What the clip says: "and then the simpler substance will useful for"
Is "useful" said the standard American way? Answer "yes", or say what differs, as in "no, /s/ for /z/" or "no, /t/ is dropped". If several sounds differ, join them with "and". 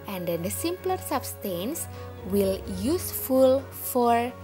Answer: yes